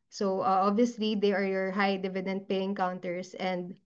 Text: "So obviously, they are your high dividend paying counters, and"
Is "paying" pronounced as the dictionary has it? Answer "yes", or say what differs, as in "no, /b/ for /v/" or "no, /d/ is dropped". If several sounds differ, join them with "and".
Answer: yes